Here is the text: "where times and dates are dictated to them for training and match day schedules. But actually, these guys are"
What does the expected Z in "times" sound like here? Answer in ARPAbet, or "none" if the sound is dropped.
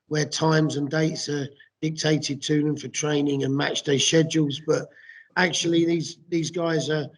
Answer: Z